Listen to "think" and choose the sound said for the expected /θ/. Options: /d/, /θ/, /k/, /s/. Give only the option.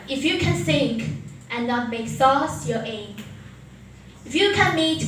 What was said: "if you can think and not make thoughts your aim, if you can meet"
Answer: /s/